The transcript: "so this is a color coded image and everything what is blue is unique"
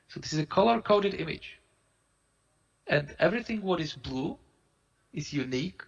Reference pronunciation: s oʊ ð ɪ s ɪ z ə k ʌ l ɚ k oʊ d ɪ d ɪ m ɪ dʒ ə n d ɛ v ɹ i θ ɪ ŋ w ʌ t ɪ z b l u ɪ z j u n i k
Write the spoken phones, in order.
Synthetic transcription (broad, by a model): s oʊ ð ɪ s ɪ z ə k ʌ l ɚ k oʊ d ɪ d ɪ m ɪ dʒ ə n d ɛ v ɹ i θ ɪ ŋ w ʌ t ɪ z b l u ɪ z j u n i k